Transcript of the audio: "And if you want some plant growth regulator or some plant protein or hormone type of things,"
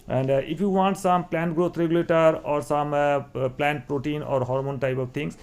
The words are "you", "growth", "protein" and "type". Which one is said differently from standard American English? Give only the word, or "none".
growth